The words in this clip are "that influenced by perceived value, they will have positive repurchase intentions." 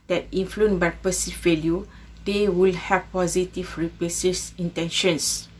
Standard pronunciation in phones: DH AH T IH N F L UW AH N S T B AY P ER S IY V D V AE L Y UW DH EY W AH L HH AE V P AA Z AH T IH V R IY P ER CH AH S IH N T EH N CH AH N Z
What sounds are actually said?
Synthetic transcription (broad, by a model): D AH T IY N F L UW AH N B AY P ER S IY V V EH L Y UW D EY W AH L HH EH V P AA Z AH T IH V R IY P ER S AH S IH N T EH N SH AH N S